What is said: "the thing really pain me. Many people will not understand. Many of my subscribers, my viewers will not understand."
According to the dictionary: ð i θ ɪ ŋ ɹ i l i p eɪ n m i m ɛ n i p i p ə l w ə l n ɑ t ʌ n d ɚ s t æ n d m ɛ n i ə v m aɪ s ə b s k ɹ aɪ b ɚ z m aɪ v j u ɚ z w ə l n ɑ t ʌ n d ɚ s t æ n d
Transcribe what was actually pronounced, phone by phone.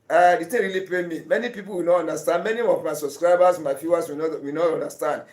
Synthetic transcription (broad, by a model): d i t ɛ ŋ ɹ i l i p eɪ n m i m ɛ n i p i p ə l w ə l n ɑ t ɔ n d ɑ s t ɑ n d m ɛ n i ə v m aɪ s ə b s k ɹ aɪ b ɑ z m aɪ f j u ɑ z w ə w n ɑ t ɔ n d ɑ s t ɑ n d